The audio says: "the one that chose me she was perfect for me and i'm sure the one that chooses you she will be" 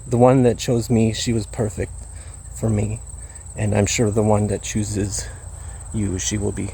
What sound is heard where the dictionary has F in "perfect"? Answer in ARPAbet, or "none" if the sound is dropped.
F